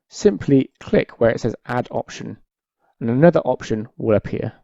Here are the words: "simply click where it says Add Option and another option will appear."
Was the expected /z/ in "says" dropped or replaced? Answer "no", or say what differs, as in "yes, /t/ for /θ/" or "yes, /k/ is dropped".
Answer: no